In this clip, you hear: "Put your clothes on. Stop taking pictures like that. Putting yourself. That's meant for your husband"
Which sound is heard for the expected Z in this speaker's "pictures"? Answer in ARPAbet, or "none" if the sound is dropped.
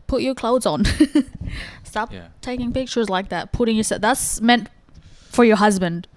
Z